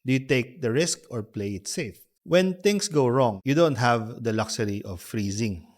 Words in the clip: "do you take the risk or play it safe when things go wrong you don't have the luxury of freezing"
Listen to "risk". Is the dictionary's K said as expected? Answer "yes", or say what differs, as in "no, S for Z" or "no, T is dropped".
yes